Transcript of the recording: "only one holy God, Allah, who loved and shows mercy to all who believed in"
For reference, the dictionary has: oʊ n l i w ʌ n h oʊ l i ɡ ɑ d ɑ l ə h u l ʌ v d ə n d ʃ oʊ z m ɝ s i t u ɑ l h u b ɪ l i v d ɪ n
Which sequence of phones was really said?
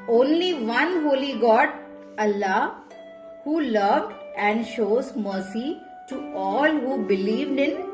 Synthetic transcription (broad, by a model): oʊ n l i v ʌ n h oʊ l i ɡ ɑ d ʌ l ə h u l ʌ v d ə n d ʃ oʊ z m ɝ s i t u ɑ l h u b ɪ l i v d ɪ n